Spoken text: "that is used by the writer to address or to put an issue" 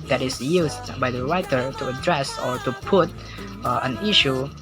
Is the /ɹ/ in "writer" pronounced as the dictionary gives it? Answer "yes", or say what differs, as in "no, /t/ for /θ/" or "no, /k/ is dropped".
yes